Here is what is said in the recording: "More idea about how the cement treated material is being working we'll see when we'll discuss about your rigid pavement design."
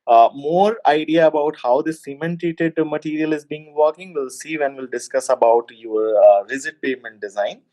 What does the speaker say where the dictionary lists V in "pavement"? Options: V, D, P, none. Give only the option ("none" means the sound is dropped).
none